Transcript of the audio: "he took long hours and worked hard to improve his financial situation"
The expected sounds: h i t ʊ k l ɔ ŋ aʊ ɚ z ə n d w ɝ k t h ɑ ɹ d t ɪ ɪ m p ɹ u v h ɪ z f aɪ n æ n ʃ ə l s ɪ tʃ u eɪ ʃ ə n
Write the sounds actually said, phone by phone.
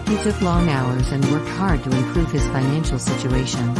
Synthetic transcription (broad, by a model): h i s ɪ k l ɔ ŋ aʊ ɚ z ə n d w ɝ k t h ɑ ɹ d t ɪ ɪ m p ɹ u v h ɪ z f aɪ n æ n ʃ l s ɪ tʃ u eɪ ʃ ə n